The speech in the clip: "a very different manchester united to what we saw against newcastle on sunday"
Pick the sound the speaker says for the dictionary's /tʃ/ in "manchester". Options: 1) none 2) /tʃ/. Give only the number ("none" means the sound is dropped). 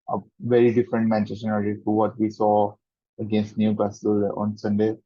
1